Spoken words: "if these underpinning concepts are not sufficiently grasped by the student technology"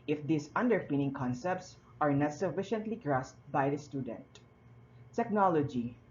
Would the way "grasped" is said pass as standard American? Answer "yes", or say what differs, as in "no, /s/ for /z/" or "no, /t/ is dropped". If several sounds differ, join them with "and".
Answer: no, /p/ is dropped